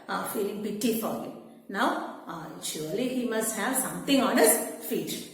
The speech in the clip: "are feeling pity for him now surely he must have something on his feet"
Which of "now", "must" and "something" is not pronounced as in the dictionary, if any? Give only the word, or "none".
something